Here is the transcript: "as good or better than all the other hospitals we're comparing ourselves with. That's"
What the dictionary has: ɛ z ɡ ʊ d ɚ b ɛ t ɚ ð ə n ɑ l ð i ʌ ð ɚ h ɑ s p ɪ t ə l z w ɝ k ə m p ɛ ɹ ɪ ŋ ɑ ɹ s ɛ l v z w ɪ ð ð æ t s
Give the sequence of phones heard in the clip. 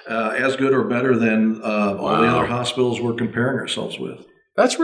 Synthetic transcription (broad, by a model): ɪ z ɡ ʊ d ɚ b ɛ t ɚ ð ə n ɑ l ð i ʌ ð ɚ h ɑ s p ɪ t l z w ɝ k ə m p ɛ ɹ ɪ ŋ ɑ ɹ s ɛ l v z w ɪ ð ð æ t s